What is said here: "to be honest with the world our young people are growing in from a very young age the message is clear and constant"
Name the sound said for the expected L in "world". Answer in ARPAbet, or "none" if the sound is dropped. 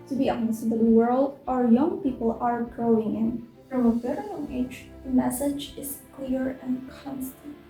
L